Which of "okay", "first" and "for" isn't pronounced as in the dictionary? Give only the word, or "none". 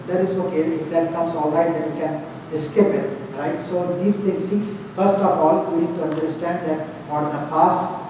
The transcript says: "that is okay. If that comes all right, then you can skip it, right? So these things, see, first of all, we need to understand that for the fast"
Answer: none